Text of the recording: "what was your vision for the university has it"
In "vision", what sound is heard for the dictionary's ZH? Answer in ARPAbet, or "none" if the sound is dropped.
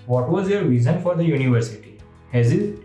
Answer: Z